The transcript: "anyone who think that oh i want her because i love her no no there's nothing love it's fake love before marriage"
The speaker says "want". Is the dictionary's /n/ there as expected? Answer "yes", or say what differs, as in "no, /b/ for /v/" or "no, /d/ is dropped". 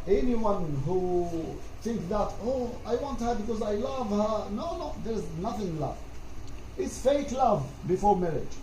yes